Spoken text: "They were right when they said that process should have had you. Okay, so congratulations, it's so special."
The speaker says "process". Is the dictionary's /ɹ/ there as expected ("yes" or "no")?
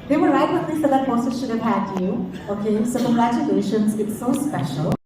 no